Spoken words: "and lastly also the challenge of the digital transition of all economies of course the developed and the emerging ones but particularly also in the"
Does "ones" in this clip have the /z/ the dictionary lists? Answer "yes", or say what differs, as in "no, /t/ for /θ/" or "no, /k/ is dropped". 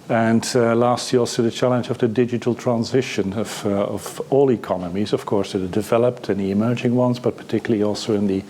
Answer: yes